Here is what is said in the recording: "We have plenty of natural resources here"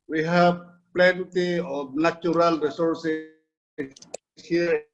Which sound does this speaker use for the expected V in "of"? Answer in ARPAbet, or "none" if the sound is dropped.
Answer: B